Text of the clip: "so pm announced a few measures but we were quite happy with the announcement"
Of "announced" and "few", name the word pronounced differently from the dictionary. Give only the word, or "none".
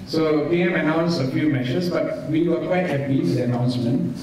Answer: announced